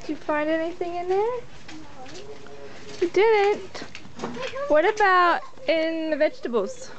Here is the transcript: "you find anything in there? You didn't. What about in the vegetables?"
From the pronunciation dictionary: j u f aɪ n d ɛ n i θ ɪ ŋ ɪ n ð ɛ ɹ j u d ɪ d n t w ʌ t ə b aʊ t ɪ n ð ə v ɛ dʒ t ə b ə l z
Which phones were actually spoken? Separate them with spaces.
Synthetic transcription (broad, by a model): j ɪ f aɪ n d ɛ n i θ ɪ ŋ ɪ n ð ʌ ɹ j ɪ d ɪ d n t w ʌ t ə b aʊ t ɪ n ð ə v ɛ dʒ t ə b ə l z